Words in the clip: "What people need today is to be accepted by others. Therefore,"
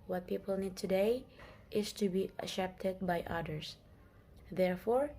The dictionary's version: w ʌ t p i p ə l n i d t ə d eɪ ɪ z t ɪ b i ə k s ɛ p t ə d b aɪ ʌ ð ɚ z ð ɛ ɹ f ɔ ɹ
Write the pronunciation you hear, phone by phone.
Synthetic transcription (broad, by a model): w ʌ t p i p ə l n i d t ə d eɪ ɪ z t ɪ b i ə s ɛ p t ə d b aɪ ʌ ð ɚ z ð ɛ ɹ f ɔ ɹ